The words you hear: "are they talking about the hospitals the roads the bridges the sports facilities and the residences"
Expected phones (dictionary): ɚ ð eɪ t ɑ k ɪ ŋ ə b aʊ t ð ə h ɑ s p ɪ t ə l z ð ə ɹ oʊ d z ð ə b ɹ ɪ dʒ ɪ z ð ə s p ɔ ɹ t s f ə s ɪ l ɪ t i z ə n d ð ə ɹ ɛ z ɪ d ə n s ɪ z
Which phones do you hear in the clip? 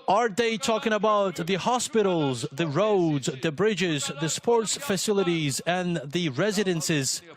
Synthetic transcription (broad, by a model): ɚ ð eɪ t ɑ k ɪ ŋ ə b aʊ t ð ə h ɑ s p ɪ t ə l z ð ə ɹ oʊ d z ð ə b ɹ ɪ dʒ ɪ z ð ə s p ɔ ɹ t s f ə s ɪ l ɪ t i z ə n ð ə ɹ ɛ z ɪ d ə n s ɪ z